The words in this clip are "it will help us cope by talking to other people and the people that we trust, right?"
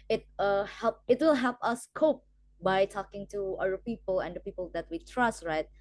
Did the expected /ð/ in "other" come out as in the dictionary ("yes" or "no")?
no